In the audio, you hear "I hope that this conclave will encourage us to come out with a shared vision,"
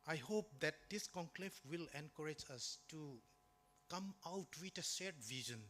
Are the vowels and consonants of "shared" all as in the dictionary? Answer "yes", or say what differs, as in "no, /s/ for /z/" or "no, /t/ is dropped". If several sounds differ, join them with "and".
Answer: no, /s/ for /ʃ/